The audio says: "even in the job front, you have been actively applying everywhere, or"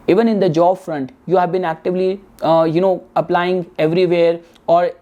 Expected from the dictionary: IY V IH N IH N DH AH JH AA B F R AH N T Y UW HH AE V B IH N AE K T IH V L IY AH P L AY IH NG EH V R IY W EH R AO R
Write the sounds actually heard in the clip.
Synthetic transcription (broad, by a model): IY V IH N IH N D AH JH AA B F R AH N T Y UW HH AE V B IH N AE K T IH V L IY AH P L AY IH NG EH V R IY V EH R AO R